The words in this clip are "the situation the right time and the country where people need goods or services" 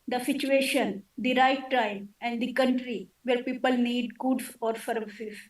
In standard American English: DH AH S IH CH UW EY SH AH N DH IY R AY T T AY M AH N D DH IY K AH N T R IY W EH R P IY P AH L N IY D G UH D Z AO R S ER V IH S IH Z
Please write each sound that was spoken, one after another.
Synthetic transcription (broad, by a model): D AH S IH CH UW EY SH AH N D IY R AY T T AY M AH N D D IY K AH N T R IY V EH R P IY P AH L N IY D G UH D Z AO R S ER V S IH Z